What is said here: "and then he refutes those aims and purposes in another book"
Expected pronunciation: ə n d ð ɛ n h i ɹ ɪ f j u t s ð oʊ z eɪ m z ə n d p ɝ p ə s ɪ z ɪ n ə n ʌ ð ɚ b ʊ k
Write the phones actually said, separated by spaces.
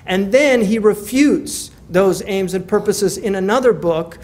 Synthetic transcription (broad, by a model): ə n ð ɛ n i ɹ ɪ f j u t s ð oʊ z eɪ m z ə n p ɝ p ə s ɪ z ɪ n ə n ʌ ð ɚ b ʊ k